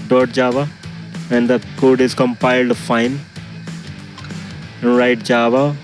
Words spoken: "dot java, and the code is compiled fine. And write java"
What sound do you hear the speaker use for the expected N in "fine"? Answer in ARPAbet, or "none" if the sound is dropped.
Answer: none